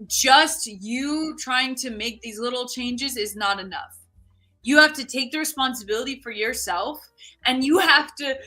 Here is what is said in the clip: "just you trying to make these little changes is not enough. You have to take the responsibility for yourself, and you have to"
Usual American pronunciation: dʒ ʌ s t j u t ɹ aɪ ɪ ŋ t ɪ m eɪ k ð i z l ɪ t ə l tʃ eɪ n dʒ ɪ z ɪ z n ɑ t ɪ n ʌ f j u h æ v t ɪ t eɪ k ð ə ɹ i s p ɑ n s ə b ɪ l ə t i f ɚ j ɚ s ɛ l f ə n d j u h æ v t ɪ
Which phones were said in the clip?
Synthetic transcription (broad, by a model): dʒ ʌ s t j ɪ t ɹ aɪ ɪ ŋ t ɪ m eɪ k ð i z l ɪ t l tʃ eɪ n dʒ ɪ z ɪ z n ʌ t ɪ n ʌ f j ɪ h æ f t ɪ t eɪ k ð ə ɹ i s p ɑ n s ə b ɪ l ə t i f ɚ j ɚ s ɛ l f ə n j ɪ h æ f t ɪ